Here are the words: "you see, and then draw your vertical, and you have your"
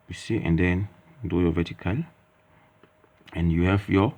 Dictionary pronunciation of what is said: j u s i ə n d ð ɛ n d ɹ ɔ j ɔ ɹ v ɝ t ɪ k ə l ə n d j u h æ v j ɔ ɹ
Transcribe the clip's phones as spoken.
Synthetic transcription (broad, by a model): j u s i ə n d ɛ n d ɔ j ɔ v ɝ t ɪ k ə l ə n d j u h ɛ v j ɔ